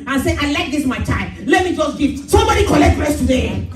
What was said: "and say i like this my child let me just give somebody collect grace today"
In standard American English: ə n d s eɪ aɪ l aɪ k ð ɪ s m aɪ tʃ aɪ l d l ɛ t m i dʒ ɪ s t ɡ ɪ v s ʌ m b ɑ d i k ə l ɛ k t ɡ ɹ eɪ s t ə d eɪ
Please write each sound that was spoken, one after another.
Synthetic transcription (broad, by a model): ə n s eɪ aɪ l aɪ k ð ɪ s m aɪ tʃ aɪ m l ɛ t m i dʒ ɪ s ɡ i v s ʌ m b ɑ d i k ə l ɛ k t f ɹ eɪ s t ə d eɪ